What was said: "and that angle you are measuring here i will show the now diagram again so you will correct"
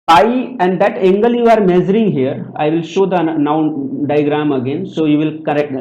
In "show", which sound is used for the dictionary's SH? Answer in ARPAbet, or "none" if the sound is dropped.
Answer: SH